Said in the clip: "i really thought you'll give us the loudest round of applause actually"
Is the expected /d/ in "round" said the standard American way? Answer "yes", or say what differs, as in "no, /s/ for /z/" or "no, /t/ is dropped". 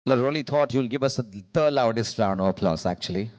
no, /d/ is dropped